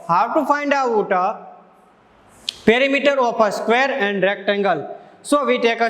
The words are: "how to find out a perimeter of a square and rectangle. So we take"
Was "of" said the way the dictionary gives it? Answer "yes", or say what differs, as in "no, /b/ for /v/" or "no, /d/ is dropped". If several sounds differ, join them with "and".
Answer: no, /p/ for /v/